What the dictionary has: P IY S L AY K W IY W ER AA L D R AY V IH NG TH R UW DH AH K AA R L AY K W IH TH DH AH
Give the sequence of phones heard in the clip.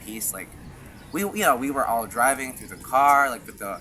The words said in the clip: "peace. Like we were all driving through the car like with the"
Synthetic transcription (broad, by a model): P IY S L AY K W IY W ER AA L D R AY V IH NG TH R UW DH AH K AA R L AY K W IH DH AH